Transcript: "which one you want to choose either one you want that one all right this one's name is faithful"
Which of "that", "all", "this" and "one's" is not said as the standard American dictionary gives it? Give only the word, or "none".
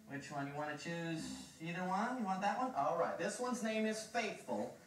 none